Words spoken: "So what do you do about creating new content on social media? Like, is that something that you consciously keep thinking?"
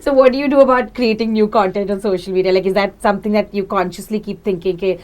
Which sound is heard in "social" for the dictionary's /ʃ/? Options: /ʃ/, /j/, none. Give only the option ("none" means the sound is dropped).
/ʃ/